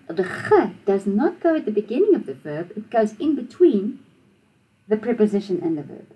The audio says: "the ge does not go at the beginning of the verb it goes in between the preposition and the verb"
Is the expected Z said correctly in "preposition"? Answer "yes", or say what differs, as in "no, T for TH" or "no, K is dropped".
yes